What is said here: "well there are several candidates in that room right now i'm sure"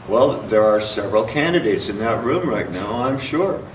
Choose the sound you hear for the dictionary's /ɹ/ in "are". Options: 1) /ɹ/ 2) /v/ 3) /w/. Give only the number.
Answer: 1